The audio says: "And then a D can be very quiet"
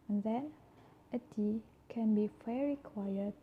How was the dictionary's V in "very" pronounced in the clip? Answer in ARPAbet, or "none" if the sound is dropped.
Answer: F